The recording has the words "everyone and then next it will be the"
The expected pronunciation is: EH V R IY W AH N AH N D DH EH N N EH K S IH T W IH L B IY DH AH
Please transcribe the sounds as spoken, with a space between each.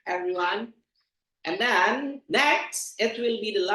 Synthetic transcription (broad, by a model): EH V R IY W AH N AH N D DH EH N N EH K S IH T W IH L B IY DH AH